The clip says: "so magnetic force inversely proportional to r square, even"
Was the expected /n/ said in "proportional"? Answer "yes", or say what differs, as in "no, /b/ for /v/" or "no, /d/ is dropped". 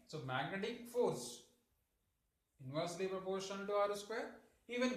no, /n/ is dropped